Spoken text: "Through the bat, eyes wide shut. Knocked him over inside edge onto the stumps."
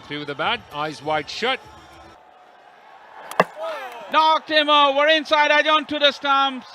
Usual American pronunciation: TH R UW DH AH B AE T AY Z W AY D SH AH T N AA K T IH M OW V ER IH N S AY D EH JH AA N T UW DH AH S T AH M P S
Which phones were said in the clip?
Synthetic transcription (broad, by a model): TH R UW DH AH B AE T AY Z W AY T SH AH T N AA K T IH M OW ER IH N S AY D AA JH AA N T UW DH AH S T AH M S